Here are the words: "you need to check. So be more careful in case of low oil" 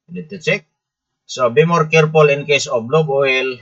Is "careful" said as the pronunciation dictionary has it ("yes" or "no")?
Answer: no